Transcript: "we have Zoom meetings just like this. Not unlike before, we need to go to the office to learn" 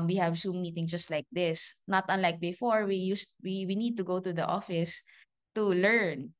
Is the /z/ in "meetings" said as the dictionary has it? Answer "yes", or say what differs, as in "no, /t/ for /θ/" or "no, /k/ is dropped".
no, /z/ is dropped